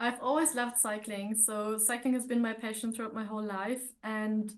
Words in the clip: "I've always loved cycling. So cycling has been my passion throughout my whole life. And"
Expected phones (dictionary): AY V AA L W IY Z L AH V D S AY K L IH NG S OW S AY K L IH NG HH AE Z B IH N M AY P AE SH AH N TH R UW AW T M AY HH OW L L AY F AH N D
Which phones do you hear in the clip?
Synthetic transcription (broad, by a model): AY V AA L W IY Z L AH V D S AY K L IH NG S OW S AY K L IH NG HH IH Z B IH N M AY P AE SH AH N TH R UW AW T M AY HH OW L L AY F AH N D